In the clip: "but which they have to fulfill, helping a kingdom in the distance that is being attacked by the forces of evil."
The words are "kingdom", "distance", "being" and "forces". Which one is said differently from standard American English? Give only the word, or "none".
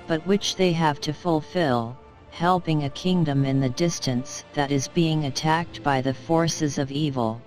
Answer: none